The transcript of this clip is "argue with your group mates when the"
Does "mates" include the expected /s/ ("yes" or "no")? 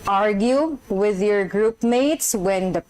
yes